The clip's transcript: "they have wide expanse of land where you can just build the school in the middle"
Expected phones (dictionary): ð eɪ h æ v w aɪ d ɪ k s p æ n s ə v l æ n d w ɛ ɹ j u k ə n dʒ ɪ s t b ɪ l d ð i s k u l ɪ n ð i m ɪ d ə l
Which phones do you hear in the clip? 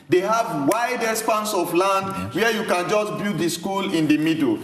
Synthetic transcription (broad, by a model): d eɪ h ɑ v w aɪ d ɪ s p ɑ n s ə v l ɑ n d w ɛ j u k ə n dʒ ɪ s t b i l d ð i s k u l ɪ n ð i m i d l